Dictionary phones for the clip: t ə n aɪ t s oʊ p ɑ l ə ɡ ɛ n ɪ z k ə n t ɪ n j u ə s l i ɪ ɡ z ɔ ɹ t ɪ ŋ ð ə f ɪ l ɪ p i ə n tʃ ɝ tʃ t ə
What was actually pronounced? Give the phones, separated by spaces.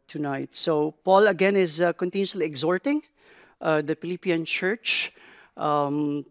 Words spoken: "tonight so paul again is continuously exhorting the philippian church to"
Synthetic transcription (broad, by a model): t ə n aɪ t s oʊ p ɑ l ə ɡ ɛ n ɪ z k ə n t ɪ n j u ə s l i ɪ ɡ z ɔ ɹ t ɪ ŋ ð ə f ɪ l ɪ p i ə n tʃ ɝ tʃ t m